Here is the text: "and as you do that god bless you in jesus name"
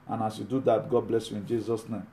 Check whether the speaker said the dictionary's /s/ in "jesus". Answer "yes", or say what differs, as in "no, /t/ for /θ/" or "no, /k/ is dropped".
yes